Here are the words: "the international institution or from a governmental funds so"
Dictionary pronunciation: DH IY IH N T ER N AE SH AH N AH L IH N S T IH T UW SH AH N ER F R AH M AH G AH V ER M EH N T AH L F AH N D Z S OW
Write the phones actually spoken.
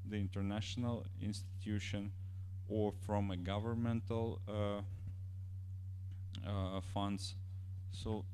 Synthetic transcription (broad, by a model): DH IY IH N T ER N AE SH AH N AH L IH N S T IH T UW SH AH N ER F R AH M AH G AH V ER M EH N T AH L F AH N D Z S OW